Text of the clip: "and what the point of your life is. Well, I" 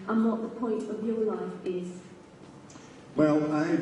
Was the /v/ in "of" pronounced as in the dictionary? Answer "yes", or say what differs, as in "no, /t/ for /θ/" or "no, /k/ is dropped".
yes